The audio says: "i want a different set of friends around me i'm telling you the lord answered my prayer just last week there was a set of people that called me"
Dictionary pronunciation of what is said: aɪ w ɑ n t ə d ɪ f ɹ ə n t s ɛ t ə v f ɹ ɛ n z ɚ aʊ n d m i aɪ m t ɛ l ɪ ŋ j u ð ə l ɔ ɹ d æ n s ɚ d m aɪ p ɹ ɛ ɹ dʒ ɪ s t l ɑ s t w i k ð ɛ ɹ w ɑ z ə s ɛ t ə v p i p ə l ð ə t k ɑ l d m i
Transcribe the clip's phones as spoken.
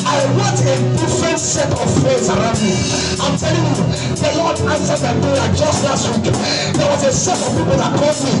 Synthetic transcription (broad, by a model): aɪ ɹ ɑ t ə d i f ɹ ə n t s ɛ t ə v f ɛ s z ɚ aʊ n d m i aɪ m t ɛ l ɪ j u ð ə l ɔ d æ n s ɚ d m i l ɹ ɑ dʒ ɪ s t l ɑ s t w i k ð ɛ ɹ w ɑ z ə s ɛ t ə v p i p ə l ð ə t k ɑ l d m i